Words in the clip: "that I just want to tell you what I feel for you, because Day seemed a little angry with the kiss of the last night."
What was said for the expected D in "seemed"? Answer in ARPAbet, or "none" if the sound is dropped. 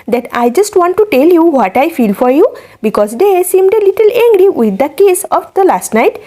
D